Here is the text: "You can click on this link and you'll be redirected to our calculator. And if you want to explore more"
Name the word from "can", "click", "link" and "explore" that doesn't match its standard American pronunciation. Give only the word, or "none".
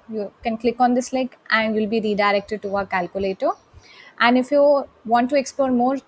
link